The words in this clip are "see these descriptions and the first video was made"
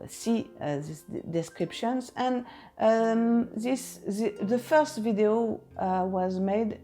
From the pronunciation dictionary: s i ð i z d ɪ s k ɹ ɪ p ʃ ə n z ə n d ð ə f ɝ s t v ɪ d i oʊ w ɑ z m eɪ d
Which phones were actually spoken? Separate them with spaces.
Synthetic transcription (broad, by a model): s i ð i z d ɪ s k ɹ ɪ p ʃ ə n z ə n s ð ə f ɝ s t v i d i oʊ w ɑ z m eɪ d